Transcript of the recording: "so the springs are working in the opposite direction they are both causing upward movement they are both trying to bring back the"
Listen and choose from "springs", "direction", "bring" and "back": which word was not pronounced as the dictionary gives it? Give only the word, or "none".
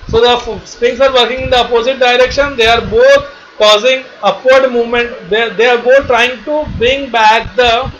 springs